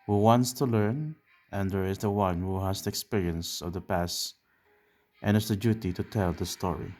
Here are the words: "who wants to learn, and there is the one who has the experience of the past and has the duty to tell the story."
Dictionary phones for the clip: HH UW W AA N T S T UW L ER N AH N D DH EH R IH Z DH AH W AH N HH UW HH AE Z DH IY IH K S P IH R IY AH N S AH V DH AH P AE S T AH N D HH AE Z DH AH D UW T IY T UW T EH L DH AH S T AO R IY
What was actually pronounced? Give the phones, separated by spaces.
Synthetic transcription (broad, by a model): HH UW W AA N T S T UW L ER N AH N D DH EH R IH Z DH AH W AH N HH UW HH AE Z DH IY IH K S P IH R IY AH N S AH V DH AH P AE S T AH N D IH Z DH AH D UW T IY T UW T EH L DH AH S T AO R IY